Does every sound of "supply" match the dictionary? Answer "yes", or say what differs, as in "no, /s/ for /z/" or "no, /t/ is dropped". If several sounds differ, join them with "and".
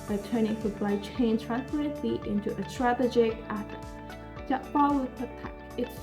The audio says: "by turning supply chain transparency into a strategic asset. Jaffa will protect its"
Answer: no, /b/ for /p/